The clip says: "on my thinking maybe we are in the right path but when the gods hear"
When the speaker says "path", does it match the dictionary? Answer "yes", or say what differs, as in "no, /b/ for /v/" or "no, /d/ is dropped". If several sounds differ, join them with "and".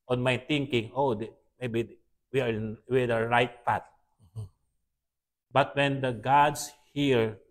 no, /t/ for /θ/